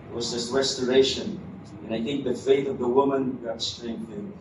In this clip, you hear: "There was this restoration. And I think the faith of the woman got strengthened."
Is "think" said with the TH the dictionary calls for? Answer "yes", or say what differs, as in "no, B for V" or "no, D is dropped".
yes